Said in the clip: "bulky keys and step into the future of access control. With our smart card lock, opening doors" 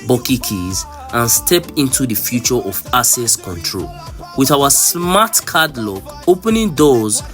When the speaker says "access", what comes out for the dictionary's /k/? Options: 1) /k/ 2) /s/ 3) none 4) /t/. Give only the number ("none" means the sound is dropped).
3